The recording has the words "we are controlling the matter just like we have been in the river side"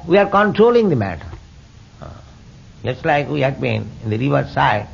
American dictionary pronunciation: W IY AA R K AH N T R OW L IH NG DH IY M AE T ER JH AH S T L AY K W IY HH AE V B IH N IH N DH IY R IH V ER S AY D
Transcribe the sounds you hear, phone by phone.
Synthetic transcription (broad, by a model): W IY AA R K AH N T R OW L IH NG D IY M AE T ER JH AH S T L AY K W IY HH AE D B IH N IH N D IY R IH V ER S AY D